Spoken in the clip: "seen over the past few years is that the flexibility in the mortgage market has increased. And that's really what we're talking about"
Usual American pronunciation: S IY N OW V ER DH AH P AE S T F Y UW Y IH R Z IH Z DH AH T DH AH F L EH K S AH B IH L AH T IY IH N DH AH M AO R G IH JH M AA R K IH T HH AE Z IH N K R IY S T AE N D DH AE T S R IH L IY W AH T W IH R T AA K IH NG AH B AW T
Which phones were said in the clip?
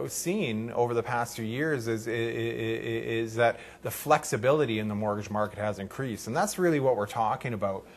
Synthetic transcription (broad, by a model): S IY N OW V ER DH AH P AE S T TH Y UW Y IH R Z IH Z DH AH T DH AH F L EH K S AH B IH L AH T IY IH N DH AH M AO R G IH JH M AA R K IH T HH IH Z IH N K R IY S T N DH AE T S R IH L IY W AH T W IH R T AA K IH NG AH B AW T